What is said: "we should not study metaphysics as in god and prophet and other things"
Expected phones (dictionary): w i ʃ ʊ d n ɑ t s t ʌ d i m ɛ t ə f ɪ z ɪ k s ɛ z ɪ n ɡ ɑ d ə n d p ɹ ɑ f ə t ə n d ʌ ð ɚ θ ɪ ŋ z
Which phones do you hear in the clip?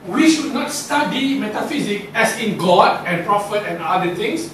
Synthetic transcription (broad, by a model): w i ʃ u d n ɑ t s t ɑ d i m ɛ t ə f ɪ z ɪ k ɛ s ɪ n ɡ ɑ d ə n p ɹ ɑ f ə t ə n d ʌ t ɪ ŋ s